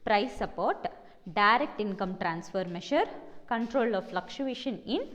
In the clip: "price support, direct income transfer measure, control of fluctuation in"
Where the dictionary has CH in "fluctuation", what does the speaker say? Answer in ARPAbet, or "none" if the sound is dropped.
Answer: SH